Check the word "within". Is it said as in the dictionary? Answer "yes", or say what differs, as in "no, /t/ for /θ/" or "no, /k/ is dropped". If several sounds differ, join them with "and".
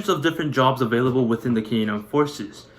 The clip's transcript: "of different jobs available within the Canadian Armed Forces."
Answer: yes